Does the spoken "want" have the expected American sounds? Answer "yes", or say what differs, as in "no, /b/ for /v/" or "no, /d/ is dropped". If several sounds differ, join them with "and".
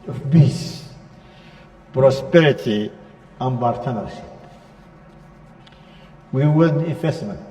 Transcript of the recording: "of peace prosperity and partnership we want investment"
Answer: no, /t/ is dropped